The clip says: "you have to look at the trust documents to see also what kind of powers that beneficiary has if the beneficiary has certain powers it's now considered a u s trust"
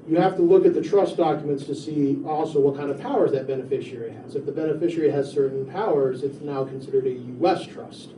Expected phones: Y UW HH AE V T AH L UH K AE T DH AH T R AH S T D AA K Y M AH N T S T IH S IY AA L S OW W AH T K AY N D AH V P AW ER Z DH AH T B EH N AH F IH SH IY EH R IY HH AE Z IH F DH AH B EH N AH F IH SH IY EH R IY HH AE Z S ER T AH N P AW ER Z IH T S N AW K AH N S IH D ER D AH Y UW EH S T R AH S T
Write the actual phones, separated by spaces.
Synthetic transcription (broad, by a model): Y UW HH AE F T AH L UH K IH T DH AH T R AH S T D AA K Y M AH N T S T IH S IY AA L S OW W AH T K AY N D AH V P AW ER Z DH AH T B EH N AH F IH SH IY R IY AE Z IH F DH AH B EH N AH F IH SH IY R IY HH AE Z S ER T N P AW ER Z IH T S N AW K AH N S IH D ER D AH Y UW EH S T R AH S T